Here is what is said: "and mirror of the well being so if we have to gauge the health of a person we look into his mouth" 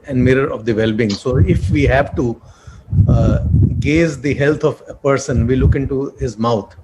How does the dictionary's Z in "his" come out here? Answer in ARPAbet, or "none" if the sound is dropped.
Z